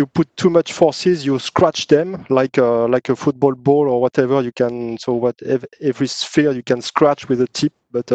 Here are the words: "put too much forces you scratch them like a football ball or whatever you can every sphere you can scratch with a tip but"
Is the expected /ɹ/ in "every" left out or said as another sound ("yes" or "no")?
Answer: no